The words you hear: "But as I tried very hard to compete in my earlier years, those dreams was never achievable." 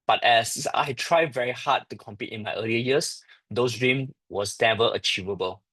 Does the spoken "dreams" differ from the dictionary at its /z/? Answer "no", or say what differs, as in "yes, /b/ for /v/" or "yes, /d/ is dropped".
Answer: yes, /z/ is dropped